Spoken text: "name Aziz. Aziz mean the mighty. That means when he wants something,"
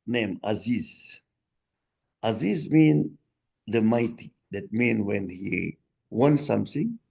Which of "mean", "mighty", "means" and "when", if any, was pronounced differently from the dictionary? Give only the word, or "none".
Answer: means